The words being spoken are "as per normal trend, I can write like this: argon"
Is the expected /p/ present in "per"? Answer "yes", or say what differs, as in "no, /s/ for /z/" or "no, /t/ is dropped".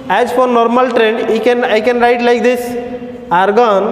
no, /f/ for /p/